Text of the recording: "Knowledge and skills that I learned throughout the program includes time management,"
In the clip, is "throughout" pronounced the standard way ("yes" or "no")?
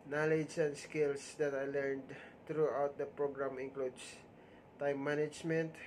no